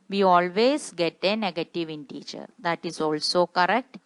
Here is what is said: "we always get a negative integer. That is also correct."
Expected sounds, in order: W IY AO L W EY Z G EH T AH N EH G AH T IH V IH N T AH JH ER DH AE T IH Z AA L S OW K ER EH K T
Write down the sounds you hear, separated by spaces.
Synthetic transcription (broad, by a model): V IY AO L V EY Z G EH T AH N EH G AH T IH V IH N T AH CH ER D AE T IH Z AA L S OW K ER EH K T